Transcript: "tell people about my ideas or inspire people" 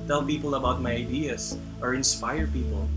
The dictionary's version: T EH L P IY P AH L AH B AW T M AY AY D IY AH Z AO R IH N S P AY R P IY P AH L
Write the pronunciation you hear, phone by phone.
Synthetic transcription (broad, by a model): T EH L P IY P AH L AH B AW T M AY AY D IY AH S AO R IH N S P AY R P IY P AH L